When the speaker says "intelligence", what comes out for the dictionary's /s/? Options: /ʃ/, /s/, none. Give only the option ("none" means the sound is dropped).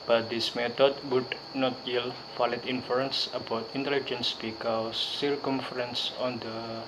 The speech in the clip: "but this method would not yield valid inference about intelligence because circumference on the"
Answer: /s/